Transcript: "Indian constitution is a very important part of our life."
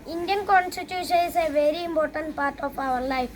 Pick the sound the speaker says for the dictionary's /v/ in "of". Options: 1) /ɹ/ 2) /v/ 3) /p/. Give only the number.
3